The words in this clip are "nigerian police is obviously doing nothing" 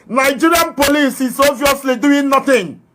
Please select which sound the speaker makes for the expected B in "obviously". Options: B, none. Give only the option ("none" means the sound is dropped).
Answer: none